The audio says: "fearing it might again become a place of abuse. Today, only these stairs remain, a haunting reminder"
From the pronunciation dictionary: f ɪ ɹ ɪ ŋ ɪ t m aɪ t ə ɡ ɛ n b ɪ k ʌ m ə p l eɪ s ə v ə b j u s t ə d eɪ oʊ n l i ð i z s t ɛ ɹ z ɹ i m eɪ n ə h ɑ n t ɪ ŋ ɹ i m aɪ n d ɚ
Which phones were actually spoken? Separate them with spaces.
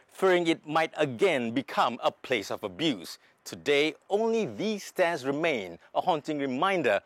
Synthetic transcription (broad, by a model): f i ɹ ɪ ŋ ɪ t m aɪ t ə ɡ ɛ n b ɪ k ʌ m ə p l eɪ s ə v ə b j u s t ə d eɪ oʊ n l i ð i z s t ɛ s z ɹ i m eɪ n ə h ɑ n t ɪ ŋ ɹ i m aɪ n d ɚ